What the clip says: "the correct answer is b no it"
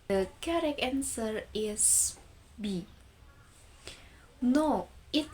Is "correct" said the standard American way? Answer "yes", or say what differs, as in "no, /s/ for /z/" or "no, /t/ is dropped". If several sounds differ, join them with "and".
no, /t/ is dropped